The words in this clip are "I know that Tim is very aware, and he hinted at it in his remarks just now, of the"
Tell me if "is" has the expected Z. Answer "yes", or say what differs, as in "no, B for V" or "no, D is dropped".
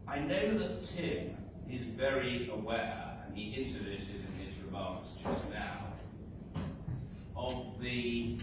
yes